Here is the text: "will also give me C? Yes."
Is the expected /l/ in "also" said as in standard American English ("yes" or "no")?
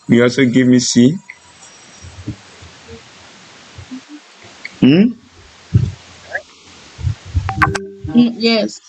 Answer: no